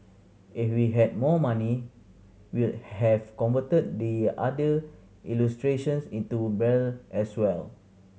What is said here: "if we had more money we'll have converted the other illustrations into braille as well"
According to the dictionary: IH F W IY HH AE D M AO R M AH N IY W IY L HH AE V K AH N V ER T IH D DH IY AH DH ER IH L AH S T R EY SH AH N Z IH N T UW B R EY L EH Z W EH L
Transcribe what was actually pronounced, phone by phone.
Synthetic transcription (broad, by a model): IH F W IY HH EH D M AO M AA N IY W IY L HH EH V K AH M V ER T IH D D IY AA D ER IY L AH S T R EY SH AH N S IH N T UW B EY L EH S W EH L